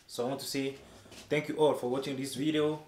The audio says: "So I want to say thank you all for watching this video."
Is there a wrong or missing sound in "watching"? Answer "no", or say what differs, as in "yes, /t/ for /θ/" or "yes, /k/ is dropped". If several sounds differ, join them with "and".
no